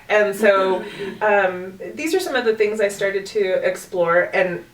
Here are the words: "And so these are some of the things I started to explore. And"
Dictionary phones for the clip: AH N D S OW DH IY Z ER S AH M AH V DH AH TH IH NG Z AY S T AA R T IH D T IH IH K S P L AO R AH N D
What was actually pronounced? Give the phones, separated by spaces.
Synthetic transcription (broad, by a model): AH N S OW DH IY Z ER S AH M AH V DH AH TH IH NG Z AY S T AA R T IH D T IH IH K S P L AO R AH N